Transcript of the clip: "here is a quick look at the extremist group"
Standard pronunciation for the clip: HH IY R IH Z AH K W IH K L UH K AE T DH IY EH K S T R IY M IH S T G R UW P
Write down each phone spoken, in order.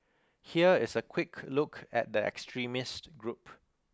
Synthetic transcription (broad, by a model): HH IY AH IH S AH K W IH K L UH K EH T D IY EH K S T R IY M IH S T G R UW P